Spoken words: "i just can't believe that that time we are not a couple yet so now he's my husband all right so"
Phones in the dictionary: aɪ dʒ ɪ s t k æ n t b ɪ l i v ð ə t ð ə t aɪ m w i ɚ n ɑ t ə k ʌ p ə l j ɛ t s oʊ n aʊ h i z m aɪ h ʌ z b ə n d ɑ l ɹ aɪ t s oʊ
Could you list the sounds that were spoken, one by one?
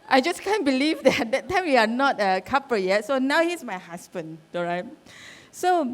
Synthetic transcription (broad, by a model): aɪ dʒ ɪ s k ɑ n b ɪ l i v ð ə t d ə t aɪ m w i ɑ n ɑ t ə k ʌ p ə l j ɛ t s oʊ n aʊ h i s m aɪ h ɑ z b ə n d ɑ ɹ aɪ t s oʊ